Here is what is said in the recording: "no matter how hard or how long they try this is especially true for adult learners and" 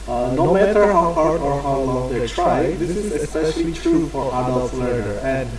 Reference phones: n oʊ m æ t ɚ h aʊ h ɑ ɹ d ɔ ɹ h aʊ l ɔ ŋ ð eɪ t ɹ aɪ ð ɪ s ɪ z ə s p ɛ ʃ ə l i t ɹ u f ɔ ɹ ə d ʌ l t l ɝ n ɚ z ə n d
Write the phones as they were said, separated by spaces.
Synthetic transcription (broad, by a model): n oʊ m æ t ɚ h aʊ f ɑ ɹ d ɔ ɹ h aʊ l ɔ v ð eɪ t ɹ aɪ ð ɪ s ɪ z ə s p ɛ ʃ ə l i t ɹ u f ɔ ɹ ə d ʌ l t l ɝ ɚ ə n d